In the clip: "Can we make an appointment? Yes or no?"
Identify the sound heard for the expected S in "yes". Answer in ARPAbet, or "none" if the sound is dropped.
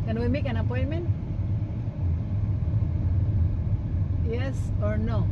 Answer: S